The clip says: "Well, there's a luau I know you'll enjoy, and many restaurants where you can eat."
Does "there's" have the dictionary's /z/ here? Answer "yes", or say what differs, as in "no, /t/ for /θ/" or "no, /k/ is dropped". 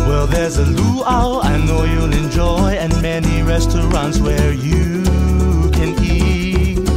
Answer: yes